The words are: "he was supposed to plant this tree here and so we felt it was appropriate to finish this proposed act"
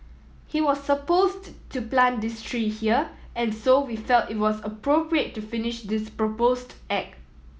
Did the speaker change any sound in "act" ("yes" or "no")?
yes